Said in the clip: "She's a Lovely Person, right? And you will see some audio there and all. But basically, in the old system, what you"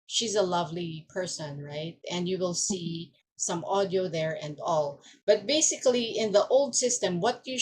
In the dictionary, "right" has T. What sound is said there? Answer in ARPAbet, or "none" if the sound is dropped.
T